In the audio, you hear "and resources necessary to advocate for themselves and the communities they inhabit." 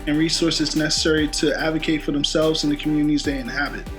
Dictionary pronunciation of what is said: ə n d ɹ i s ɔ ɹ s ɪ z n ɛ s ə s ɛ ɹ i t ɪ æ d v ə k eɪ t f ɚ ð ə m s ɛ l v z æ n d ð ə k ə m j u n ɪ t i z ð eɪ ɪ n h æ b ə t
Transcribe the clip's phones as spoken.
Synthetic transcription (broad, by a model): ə n ɹ i s ɔ ɹ s ɪ z n ɛ s ə s ɛ ɹ i t ɪ æ d v ə k eɪ t f ɚ ð ə m s ɛ l v z n ð ə k m j u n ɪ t i z ð eɪ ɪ n h æ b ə t